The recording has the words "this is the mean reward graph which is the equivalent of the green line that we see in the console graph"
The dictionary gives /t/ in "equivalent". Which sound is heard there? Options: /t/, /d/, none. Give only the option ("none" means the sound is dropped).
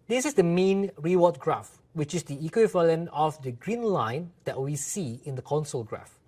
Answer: none